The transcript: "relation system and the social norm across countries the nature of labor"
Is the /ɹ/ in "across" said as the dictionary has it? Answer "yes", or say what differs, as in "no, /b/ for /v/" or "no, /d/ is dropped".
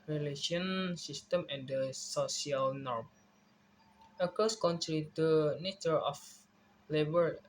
no, /ɹ/ is dropped